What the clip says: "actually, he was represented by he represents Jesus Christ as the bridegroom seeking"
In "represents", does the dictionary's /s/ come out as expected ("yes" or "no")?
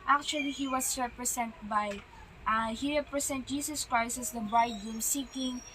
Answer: no